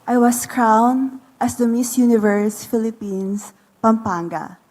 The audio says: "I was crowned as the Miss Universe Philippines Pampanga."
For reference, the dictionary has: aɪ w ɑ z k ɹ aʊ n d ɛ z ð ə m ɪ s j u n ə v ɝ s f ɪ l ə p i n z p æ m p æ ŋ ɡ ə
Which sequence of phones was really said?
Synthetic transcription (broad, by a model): aɪ w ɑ s k ɹ aʊ n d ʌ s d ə m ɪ s j u n ə v ɝ s f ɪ l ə p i n s p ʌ m p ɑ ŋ ɡ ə